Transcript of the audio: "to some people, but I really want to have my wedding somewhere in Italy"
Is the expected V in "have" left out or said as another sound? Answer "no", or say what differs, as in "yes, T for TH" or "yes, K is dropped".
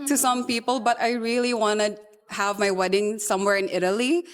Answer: no